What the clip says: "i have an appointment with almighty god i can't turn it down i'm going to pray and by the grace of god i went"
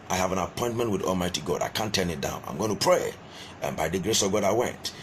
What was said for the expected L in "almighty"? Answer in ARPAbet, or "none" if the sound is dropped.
L